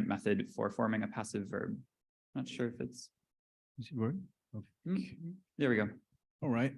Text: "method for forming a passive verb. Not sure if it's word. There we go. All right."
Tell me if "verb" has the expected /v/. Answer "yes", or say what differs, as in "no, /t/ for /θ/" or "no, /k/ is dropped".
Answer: yes